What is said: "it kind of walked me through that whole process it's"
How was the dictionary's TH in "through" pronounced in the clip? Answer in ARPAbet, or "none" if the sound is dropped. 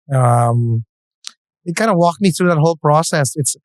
TH